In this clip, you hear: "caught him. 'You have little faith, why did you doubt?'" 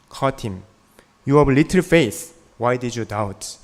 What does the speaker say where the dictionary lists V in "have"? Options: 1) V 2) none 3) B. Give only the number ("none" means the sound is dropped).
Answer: 3